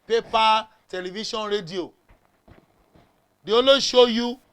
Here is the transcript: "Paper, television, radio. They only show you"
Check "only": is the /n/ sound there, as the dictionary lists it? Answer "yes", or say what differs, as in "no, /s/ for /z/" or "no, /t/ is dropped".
no, /n/ is dropped